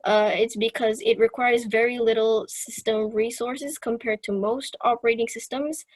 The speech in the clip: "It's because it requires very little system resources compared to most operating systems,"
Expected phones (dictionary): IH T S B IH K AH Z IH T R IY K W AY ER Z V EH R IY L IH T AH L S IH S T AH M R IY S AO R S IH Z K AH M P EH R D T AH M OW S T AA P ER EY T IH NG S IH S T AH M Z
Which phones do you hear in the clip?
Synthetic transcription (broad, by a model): IH T S B IH K AH Z IH T R IY K W AY ER Z V EH R IY L IH T L S IH S T AH M R IY S AO R S IH Z K AH M P EH R D T AH M OW S T AA P ER EY T IH NG S IH S T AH M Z